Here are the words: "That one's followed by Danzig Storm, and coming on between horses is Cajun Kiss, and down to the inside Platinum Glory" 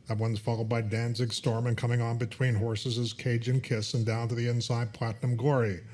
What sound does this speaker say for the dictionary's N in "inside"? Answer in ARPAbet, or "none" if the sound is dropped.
N